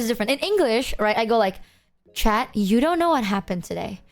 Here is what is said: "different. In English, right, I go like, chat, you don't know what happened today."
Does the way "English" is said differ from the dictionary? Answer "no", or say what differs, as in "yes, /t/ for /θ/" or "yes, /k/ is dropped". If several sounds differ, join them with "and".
no